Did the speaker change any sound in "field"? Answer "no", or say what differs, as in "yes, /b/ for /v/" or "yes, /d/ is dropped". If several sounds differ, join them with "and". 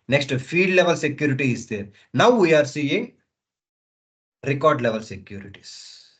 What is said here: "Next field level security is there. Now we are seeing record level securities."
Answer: yes, /l/ is dropped